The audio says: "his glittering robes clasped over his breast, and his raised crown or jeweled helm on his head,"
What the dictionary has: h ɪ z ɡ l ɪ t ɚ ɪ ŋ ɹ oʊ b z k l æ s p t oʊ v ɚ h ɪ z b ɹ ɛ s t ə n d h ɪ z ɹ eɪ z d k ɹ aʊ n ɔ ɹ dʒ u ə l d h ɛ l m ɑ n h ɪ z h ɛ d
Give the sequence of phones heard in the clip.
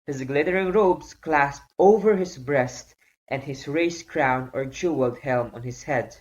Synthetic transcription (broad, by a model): h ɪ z ɡ l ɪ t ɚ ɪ ŋ ɹ oʊ b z k l æ s p t oʊ v ɚ h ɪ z b ɹ ɛ s t ə n d h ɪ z ɹ eɪ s k ɹ aʊ n ɔ ɹ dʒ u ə l d h ɛ l m ɑ n h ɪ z h ɛ d